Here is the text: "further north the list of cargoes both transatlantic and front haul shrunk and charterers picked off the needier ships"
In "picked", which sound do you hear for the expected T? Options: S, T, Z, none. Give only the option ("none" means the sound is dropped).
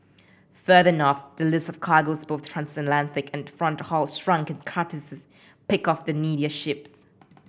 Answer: none